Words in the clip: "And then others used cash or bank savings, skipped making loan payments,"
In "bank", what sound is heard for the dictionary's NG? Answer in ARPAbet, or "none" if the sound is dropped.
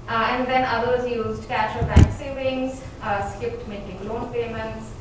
none